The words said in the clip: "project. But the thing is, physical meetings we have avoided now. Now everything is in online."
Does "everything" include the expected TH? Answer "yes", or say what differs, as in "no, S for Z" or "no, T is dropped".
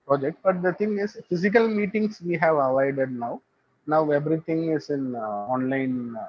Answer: no, T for TH